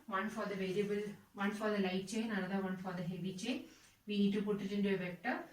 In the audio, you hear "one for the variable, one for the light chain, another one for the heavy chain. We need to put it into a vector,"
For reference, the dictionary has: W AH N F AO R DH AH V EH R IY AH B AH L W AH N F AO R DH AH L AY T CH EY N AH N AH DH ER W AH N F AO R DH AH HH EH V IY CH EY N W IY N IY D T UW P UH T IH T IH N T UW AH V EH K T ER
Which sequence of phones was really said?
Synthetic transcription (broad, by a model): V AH N F AO R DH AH V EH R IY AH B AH L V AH N F AO R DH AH L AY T CH EY N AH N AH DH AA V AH N F AO R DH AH HH EH V IY CH EY N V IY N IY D T UW P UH T IH T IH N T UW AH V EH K T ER